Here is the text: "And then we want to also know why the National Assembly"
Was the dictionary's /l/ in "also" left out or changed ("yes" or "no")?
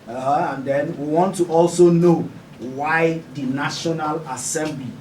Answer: no